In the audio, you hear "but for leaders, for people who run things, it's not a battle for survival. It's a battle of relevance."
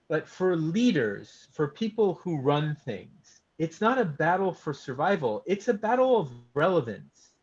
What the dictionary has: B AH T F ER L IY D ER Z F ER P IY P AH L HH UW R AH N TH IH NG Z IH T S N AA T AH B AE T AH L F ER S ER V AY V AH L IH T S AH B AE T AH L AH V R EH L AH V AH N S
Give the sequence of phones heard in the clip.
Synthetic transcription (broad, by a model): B AH T F ER L IY D ER Z F ER P IY P L HH UW R AH N TH IH NG Z IH T S N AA T AH B AE T L F ER S ER V AY V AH L IH T S AH B AE T L AH V R EH L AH V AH N S